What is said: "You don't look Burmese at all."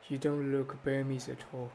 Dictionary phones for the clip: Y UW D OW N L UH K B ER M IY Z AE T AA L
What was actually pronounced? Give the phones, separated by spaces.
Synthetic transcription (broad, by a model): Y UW D OW N L UH K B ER M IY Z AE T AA L